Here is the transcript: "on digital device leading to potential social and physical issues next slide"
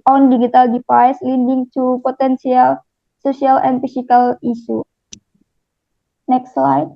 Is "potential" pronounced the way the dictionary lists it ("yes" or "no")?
no